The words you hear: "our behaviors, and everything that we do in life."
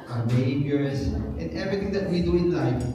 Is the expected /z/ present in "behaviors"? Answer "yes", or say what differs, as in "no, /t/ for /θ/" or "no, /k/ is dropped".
no, /s/ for /z/